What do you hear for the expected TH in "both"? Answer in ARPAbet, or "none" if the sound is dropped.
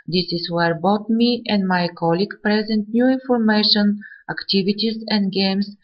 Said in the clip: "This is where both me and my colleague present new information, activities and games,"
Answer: T